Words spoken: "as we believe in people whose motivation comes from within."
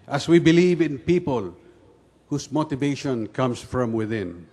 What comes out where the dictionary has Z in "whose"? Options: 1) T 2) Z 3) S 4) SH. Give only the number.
3